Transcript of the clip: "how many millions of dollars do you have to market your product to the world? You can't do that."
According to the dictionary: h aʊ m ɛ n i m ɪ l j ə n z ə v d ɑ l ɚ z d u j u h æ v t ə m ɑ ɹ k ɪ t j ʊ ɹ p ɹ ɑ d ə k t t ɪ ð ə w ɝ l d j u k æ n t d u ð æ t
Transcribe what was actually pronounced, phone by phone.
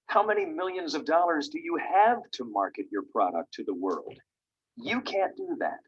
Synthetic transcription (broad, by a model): h aʊ m ɛ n i m ɪ l j ə n z ə v d ɑ l ɚ z d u j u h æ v t ə m ɑ ɹ k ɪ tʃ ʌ ɹ p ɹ ɑ d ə k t t ɪ ð ə w ɝ l d j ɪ k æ n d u ð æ t